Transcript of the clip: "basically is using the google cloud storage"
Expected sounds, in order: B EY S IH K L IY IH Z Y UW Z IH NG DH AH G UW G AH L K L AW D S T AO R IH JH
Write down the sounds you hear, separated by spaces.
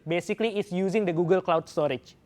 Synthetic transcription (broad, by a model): B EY S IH K L IY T S Y UW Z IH NG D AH G UW G AH L K L AW D S T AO R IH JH